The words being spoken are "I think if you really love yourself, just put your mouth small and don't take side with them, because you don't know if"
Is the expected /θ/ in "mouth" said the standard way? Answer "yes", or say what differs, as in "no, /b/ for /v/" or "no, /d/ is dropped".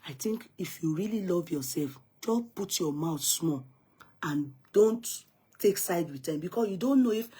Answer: no, /t/ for /θ/